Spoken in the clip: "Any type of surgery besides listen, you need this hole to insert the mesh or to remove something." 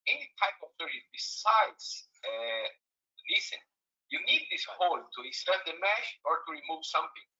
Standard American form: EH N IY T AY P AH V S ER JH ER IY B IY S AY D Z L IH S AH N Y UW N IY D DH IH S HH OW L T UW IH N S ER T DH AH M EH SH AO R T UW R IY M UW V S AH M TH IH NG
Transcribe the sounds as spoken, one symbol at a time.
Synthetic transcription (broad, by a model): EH N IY T AY P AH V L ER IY B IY S AY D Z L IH S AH N Y UW N IY D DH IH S HH OW L T UW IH S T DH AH M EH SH AO R T UW R IY M UW V S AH M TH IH NG